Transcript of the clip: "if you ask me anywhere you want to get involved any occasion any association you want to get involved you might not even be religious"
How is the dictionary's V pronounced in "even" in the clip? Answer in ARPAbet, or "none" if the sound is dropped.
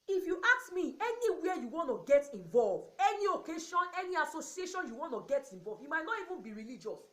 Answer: V